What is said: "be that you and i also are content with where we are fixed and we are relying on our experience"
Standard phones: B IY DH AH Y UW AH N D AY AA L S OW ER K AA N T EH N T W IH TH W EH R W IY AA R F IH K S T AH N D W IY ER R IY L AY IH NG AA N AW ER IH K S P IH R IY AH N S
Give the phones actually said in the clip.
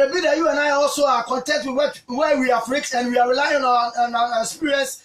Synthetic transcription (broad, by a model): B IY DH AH Y UW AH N AY AA L S OW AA K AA N T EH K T W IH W W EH W IY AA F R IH K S AH N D W IY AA R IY L AY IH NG AA N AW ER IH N S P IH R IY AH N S